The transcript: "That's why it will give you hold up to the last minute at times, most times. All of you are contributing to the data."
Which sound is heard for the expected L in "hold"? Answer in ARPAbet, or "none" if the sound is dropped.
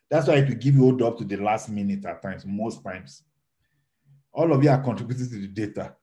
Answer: none